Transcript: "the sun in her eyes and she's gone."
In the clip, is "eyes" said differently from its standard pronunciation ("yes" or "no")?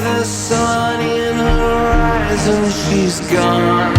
no